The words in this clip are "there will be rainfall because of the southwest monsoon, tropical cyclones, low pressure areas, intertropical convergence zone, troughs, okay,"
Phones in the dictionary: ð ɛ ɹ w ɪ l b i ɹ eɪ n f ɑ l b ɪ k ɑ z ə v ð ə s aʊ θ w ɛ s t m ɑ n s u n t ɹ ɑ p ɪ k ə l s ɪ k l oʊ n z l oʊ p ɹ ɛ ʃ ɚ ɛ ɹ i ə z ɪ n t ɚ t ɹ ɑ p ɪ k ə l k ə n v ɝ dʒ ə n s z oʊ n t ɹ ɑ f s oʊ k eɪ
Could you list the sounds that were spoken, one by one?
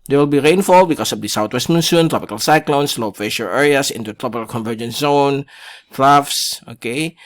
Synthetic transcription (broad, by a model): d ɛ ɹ w ɪ l b i ɹ eɪ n f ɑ l b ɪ k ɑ s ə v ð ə s aʊ t w ɛ s t m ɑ n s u n t ɹ ɑ p ɪ k ə l s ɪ k l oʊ n s l oʊ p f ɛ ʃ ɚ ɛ ɹ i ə s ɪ n t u t ɹ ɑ p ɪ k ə l k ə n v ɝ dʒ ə n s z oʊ n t ɹ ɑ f s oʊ k eɪ